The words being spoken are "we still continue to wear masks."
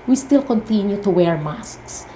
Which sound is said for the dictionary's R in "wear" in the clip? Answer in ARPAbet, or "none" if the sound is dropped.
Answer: R